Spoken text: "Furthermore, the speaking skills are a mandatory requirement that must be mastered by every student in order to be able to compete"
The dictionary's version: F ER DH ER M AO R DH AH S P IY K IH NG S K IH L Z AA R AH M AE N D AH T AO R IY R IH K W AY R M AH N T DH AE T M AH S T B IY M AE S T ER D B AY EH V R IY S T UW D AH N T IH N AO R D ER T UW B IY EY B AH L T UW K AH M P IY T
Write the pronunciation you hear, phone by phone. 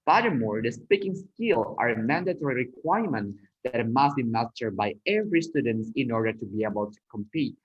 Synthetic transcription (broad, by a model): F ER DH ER M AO R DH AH S P IY K IH NG S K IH L AA R AH M AE N D AH T AO R IY R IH K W AY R M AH N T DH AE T M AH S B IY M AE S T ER B AY EH V R IY S T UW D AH N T IH N AO R D ER T UW B IY EY B AH L T UW K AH M P IY T